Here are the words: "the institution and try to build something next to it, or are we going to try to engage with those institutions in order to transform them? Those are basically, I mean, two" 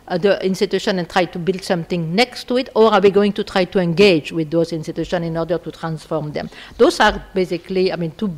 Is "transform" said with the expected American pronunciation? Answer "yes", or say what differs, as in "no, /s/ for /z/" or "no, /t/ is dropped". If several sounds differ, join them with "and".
yes